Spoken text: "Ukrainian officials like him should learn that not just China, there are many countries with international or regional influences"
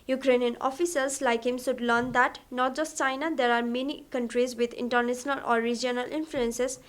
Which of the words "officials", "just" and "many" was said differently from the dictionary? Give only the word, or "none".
officials